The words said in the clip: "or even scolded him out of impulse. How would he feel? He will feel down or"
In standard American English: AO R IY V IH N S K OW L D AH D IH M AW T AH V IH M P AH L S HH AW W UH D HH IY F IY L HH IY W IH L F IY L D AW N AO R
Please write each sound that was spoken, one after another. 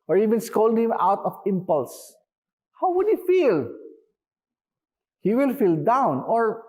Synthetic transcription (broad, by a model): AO R IY V IH N S K OW L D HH IH M AW T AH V IH M P AH L S HH AW W UH D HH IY F IY L HH IY W IH L F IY L D AW N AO R